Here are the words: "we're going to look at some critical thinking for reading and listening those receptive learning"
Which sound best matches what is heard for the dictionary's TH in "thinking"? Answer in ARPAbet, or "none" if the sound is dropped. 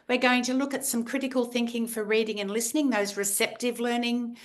TH